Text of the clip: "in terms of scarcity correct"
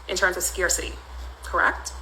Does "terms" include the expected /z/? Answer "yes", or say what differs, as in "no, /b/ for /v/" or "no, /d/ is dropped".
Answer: yes